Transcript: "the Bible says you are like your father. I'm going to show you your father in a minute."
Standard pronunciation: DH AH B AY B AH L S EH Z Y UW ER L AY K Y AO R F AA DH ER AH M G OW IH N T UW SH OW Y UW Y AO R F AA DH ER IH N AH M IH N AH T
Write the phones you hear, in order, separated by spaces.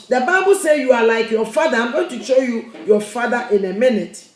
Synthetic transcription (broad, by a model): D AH B AY B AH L S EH Y UW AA L AY K Y AO F AA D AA AH M G OW IH N T UW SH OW Y UW Y AO F AA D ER IH N AH M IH N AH T